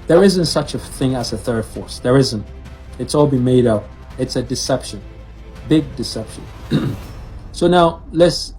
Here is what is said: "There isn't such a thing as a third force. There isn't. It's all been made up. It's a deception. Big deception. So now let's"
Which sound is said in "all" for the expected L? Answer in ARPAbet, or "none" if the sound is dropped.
L